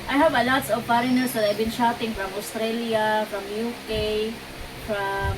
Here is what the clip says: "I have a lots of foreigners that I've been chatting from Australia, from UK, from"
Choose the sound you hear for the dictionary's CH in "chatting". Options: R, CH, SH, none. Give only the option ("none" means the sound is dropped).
SH